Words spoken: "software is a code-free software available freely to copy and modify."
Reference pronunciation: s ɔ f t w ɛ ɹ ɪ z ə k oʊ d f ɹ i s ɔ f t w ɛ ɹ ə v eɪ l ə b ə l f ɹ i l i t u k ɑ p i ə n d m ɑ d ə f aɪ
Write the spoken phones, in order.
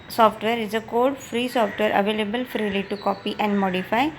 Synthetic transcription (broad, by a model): s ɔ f t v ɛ ɹ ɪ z ə k oʊ d f ɹ i s ɔ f t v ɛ ɹ ə v eɪ l ə b ə l f ɹ i l i t u k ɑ p i ə n d m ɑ d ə f aɪ